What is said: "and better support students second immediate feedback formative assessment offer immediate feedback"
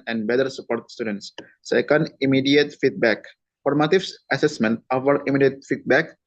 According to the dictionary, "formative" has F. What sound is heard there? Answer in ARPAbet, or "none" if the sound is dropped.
P